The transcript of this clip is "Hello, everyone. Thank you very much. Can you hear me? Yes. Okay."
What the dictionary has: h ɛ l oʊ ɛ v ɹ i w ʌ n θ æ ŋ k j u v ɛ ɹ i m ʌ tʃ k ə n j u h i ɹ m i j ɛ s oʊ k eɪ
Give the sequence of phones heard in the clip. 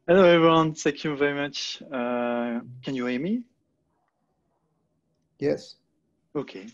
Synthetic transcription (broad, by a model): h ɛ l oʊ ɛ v ɹ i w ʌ n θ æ k j u v ɛ ɹ i m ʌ tʃ k ə n j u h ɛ m i j ɛ s oʊ k eɪ